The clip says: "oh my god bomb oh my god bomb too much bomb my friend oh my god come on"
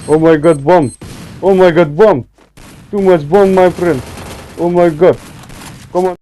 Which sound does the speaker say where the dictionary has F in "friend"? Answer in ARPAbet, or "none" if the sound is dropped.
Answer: P